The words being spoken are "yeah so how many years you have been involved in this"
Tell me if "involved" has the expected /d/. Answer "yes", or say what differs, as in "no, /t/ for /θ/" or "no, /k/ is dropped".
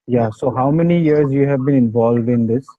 yes